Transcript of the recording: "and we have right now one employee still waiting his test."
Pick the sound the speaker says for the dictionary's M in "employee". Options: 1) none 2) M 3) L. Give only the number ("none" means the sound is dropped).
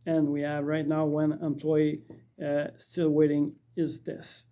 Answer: 2